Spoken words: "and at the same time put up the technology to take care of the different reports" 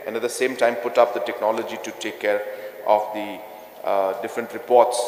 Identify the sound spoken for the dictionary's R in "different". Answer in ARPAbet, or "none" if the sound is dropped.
R